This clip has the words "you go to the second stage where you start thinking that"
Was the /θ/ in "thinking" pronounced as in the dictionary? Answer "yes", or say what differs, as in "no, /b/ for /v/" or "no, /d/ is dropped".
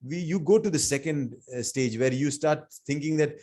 no, /t/ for /θ/